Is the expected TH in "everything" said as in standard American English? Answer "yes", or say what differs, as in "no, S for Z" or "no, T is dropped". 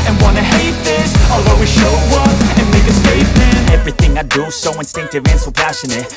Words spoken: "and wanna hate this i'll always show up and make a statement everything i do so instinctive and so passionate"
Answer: yes